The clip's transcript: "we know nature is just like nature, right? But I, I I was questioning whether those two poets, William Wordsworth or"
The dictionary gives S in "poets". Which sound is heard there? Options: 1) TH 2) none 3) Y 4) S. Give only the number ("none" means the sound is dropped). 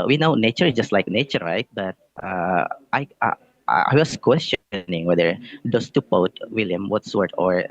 2